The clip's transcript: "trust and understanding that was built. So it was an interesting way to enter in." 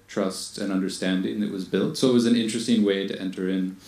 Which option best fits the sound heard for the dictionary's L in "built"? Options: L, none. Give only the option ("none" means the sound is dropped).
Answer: L